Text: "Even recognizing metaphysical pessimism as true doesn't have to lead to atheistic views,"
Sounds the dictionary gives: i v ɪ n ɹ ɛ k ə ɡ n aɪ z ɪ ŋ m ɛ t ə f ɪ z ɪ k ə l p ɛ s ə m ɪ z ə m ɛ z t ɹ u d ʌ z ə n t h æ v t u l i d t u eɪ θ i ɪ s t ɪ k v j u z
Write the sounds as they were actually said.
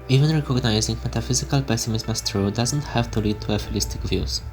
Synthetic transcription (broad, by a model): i v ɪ n ɹ ɛ k ə ɡ n aɪ z ɪ ŋ m ɛ t ə f ɪ z ɪ k ə l p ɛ s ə m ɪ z m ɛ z t ɹ u d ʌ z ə n t h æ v t u l i d t u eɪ f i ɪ s t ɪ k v j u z